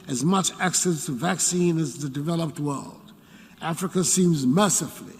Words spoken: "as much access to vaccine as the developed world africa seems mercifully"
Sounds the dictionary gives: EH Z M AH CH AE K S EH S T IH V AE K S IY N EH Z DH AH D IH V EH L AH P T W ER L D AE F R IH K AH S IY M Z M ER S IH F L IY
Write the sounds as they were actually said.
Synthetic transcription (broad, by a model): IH Z M AH CH AE K S EH S T IH V AE K S IY N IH Z DH AH D IH V EH L AH P T W ER L D AE F R IH K AH S IY M Z M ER S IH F L IY